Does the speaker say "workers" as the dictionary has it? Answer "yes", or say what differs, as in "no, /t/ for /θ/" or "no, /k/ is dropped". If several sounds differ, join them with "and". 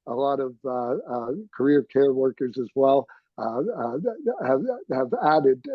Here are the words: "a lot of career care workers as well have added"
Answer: yes